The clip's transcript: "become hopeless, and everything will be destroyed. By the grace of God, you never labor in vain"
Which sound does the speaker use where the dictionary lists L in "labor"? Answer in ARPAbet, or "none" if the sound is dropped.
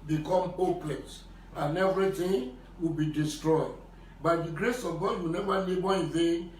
N